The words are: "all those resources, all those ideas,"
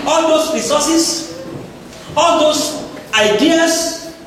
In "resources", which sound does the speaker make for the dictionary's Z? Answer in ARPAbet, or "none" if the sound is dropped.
S